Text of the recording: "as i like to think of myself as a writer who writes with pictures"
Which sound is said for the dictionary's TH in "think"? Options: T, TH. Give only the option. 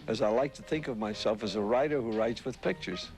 TH